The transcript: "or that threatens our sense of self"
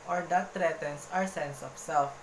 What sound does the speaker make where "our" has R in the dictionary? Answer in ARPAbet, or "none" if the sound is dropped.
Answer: R